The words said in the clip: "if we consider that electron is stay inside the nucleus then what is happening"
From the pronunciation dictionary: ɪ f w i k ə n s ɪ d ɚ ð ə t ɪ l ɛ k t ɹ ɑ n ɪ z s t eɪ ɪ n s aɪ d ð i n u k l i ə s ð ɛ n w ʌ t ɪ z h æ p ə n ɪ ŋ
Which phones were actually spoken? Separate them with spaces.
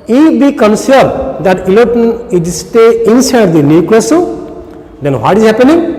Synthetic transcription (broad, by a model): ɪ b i k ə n s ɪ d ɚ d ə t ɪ l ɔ t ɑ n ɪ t s t eɪ ɪ n s aɪ d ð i n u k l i s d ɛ n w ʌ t ɪ z h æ p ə n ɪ ŋ